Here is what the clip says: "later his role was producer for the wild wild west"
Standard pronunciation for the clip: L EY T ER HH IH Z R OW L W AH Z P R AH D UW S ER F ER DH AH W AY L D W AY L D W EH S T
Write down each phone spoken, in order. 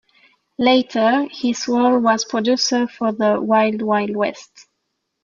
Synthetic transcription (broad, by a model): L EY T ER HH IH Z W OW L W AH Z P R AH D UW S ER F ER DH AH W AY L D W AY L D W EH S T